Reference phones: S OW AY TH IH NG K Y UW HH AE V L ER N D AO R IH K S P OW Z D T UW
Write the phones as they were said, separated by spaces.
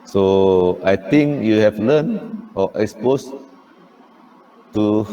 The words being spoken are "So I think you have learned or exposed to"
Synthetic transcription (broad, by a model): S OW AY T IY NG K Y UW HH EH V L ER N AO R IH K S P OW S T UW